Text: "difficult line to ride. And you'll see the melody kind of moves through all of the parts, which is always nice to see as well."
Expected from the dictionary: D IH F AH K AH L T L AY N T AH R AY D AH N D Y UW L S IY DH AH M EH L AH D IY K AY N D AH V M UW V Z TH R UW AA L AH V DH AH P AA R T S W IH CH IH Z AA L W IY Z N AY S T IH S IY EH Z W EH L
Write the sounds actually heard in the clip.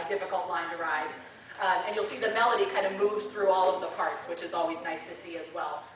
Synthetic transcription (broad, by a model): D IH F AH K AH L T L AY N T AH R AY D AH N Y UW L S IY DH AH M EH L AH D IY K AY N D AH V M UW V Z TH R UW AA L AH V DH AH P AA R T S W IH CH IH Z AA L W IY Z N AY S T IH S IY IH Z W EH L